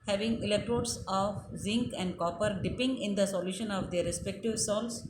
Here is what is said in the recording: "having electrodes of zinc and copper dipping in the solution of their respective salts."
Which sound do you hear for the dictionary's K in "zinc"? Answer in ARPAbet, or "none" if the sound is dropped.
K